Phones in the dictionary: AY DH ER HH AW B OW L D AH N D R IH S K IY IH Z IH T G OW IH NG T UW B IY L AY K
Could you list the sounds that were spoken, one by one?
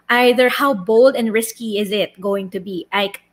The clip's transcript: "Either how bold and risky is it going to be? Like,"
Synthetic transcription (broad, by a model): AY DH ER HH AW B OW L D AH N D R IH S K IY IH Z IH T G OW IH NG T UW B IY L AY K